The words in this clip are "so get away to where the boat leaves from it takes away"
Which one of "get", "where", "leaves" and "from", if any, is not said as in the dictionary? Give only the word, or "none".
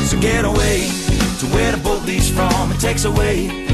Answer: leaves